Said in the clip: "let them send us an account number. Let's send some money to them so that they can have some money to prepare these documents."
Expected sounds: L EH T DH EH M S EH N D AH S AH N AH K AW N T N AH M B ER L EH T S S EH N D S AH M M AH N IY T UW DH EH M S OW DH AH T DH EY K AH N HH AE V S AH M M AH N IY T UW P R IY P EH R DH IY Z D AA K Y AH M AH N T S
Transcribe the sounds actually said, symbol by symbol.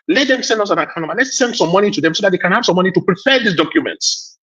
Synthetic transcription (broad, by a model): L EH T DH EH M S EH N D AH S AH N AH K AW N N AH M AA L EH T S S EH N D S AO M M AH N IY T UW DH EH M S OW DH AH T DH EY K AH N HH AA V S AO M M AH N IY T UW P R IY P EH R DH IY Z D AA K Y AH M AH N T S